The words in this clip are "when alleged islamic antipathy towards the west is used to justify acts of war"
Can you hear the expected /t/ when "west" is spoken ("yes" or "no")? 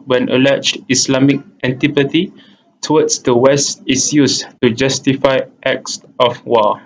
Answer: yes